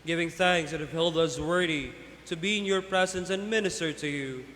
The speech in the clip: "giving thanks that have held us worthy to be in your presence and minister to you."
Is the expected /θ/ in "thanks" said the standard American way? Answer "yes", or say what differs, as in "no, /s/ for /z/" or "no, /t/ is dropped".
yes